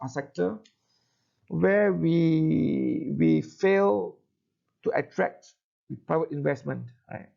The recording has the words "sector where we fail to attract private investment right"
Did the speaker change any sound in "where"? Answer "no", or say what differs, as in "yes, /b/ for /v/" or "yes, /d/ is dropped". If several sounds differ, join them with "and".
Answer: yes, /w/ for /ɹ/